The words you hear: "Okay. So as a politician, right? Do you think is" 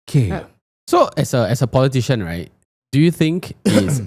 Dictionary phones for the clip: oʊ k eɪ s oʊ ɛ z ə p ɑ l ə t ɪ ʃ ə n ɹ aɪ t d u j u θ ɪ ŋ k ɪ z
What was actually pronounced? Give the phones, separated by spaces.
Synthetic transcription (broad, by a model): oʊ k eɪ s oʊ ɛ s ə p ɑ l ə t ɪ ʃ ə n ɹ aɪ t d u j u θ ɪ ŋ k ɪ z